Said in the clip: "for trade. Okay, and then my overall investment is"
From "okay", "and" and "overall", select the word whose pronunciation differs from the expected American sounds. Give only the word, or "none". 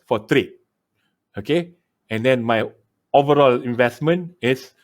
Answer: none